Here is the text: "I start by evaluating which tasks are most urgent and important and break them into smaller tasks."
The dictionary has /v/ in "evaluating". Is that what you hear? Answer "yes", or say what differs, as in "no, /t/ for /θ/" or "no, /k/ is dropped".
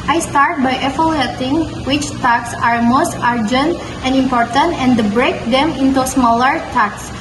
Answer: no, /f/ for /v/